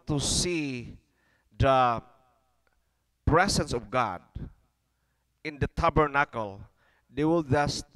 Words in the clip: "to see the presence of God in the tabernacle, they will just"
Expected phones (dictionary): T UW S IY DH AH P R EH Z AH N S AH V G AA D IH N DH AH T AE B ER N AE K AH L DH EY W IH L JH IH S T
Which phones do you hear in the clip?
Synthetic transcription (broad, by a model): T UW S IY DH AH P R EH S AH N S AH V G AA D IH N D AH T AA B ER N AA K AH L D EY W IH L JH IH S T